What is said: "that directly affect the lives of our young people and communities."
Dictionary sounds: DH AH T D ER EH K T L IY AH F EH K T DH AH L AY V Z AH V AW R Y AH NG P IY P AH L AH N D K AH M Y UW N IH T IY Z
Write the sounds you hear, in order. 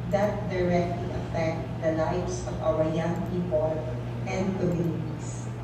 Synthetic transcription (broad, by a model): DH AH T D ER EH K T L IY AH F EH K T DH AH L AY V S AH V AW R Y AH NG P IY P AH L AH N D K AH M Y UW N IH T IY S